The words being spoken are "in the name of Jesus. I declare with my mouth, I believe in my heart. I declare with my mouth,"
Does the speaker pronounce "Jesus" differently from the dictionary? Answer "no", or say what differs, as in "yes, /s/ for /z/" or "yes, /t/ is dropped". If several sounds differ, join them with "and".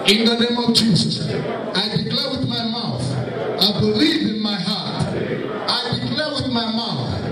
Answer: no